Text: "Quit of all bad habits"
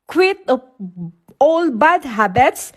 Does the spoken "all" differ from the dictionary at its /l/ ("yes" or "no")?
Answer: no